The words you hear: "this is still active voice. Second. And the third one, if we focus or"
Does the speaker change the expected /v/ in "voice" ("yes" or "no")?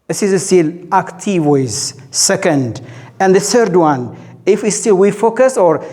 yes